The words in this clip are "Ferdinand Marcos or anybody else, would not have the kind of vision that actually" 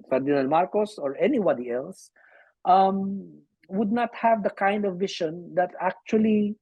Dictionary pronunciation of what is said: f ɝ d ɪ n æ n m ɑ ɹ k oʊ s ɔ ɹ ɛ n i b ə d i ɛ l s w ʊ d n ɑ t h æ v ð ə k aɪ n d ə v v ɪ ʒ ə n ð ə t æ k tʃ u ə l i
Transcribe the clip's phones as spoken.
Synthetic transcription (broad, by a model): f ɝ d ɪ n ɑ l m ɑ ɹ k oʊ s ɔ ɹ ɛ n i b ə d i ɛ l s w ʊ d n ɑ t h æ v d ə k aɪ n d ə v v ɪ ʃ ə n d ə t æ k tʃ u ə l i